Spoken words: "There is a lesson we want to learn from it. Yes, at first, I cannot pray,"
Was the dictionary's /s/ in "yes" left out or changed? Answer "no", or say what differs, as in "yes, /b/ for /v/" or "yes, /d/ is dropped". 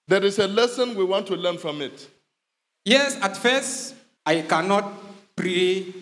no